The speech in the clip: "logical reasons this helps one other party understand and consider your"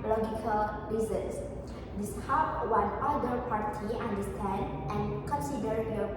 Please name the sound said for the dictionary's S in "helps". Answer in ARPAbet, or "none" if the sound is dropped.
none